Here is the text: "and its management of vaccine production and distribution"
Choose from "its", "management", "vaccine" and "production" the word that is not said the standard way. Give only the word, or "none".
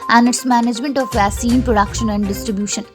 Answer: vaccine